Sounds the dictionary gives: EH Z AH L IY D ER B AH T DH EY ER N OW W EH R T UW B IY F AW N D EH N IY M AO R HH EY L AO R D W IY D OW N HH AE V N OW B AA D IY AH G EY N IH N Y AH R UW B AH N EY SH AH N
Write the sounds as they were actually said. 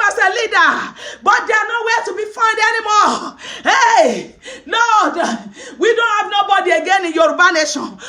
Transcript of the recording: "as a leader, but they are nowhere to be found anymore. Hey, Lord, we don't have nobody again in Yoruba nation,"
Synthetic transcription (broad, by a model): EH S AH L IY D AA B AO T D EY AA N OW W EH T UW B IY F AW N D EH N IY M AO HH EY N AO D W IY D OW N HH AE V N OW B AA D IY AH G EY N IH N Y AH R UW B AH N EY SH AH N